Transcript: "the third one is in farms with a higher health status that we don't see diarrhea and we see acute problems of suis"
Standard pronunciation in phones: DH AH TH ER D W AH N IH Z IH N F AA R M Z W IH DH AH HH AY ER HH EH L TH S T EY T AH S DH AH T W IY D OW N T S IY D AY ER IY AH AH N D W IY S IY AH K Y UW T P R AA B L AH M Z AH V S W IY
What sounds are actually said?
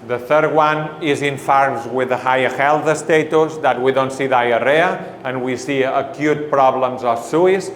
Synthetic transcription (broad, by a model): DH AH TH ER D W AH N IH Z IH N F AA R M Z W IH DH AH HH AY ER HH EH L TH S T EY T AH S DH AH T W IY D OW N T S IY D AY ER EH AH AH N W IY S IY AH K Y UW T P R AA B L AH M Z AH F S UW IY